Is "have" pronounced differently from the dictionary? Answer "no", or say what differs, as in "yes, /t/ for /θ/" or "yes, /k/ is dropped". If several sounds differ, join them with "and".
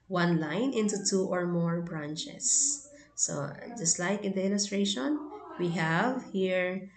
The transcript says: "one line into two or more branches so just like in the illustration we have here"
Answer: no